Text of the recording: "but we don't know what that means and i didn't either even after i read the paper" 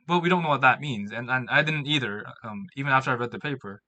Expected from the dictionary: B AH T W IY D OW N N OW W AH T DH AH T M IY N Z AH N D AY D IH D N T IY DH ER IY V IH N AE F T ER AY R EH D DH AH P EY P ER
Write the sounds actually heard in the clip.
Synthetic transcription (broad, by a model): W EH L W IY D OW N N OW W AH T DH AH T M IY N Z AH N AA AY D IH D N T IY DH ER IY V IH N AE F T ER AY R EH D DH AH P EY P ER